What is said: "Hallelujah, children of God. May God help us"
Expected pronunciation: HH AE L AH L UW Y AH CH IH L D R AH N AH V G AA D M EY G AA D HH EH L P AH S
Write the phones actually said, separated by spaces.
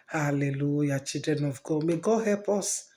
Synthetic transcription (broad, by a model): HH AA L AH L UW Y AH CH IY D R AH N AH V G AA M EY G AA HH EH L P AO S